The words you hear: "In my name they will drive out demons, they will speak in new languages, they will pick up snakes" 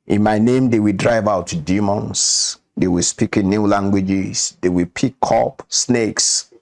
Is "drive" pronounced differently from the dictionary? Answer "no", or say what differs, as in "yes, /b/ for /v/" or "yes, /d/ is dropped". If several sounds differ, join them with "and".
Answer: no